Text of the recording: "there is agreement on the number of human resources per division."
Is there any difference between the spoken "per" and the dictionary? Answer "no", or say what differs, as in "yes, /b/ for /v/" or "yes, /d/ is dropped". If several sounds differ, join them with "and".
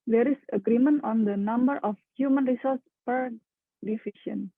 no